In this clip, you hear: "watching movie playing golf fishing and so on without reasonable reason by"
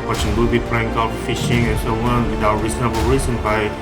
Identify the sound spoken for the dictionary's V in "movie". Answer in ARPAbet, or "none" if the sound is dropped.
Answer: B